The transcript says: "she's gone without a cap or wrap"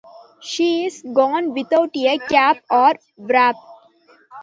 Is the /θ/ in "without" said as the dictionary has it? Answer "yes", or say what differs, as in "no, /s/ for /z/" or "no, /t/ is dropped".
no, /t/ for /θ/